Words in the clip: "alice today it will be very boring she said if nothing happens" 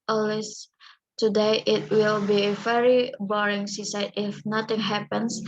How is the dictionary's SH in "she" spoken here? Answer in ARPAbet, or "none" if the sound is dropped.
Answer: S